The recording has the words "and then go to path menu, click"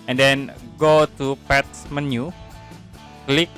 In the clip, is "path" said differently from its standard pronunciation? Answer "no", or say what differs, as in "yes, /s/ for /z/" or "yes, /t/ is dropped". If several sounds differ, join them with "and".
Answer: yes, /s/ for /θ/